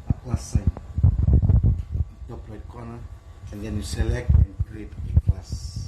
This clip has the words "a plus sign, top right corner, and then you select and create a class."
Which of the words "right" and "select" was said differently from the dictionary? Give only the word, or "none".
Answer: right